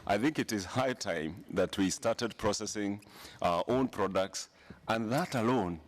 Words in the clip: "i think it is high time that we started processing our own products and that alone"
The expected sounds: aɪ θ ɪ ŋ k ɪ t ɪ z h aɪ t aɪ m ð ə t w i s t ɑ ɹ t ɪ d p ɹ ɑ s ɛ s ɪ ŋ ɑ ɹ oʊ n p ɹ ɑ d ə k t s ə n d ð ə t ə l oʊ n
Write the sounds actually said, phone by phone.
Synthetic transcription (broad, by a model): aɪ θ ɪ ŋ k ɪ t ɪ z h aɪ t aɪ m ð ə t w i s t ɑ ɹ t ɪ d p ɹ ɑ s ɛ s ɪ ŋ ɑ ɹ oʊ n p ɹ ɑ d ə k t s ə n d ð ə t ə l oʊ n